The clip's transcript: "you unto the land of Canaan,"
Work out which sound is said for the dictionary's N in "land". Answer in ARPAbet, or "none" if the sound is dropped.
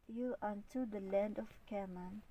N